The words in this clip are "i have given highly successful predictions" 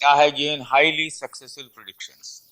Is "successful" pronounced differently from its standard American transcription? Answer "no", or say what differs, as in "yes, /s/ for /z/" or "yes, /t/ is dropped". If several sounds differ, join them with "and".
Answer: yes, /f/ is dropped